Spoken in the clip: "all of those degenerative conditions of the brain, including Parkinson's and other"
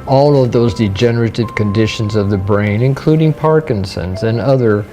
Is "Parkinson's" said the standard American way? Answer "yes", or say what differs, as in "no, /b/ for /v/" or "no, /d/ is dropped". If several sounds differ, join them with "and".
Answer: yes